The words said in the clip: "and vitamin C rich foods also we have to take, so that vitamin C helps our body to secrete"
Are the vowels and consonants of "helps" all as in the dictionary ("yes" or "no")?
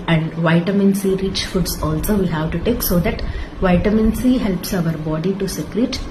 yes